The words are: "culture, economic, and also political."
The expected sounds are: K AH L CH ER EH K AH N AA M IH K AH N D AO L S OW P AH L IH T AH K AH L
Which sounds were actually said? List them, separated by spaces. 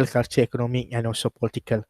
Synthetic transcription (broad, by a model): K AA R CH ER EH K AH N AA M IH K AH N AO S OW P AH L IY T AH K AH L